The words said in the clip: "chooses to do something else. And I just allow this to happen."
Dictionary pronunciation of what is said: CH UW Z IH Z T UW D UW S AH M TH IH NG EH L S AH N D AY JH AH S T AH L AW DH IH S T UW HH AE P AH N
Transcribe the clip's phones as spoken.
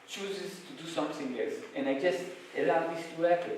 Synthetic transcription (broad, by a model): CH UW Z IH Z T UW D UW S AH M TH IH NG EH S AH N AY JH AH S T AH L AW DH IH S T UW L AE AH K